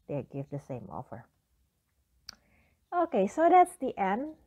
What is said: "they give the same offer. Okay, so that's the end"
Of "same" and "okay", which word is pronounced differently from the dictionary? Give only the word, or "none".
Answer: none